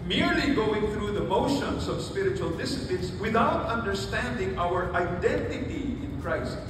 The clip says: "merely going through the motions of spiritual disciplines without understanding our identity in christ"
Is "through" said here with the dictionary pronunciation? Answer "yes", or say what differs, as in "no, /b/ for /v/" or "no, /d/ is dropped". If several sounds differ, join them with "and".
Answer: yes